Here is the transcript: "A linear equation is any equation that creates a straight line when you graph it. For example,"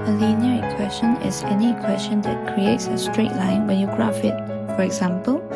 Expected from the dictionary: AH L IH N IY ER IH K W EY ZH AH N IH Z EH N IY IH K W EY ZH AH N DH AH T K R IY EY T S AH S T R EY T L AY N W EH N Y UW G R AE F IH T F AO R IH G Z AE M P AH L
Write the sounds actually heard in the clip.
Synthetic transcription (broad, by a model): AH L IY N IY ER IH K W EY S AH N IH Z EH N IY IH K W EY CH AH N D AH T K R IY EY T S AH S T R EY T L AY N W EH N Y UW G R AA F IH T F AO R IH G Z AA M P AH L